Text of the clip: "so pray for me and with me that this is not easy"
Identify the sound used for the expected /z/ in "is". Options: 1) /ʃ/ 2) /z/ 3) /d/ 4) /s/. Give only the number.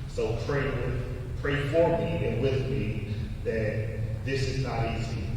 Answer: 2